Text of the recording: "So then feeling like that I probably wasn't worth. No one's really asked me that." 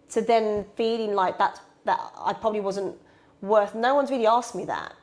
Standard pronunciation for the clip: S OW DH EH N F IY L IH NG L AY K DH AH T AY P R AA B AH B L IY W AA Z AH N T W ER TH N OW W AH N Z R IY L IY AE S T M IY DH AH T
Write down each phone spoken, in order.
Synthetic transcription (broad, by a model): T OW DH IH N F IY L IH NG L AY K DH AH T AY P R AA B AH B L IY W AA Z AH N T W ER TH N OW W AH N Z R IY L IY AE S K M IY DH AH T